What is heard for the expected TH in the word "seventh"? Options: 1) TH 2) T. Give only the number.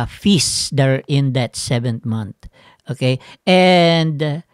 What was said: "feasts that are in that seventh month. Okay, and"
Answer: 2